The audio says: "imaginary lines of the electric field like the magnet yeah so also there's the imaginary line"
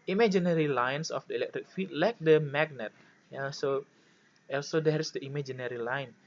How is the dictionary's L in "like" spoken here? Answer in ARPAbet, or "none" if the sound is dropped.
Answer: L